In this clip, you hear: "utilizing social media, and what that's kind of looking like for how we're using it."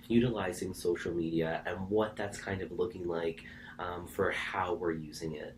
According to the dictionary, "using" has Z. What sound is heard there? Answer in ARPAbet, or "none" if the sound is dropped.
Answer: Z